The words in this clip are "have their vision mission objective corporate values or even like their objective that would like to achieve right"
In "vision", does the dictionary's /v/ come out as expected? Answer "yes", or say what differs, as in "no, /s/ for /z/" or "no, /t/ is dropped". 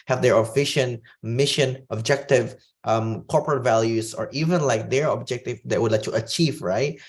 no, /f/ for /v/